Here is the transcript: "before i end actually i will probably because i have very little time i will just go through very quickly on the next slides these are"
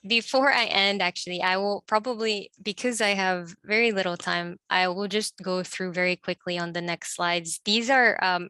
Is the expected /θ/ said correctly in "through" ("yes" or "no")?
yes